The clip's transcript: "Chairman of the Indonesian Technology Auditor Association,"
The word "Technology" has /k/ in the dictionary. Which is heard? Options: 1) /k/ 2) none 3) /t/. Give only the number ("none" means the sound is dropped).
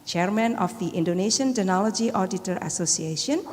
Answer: 2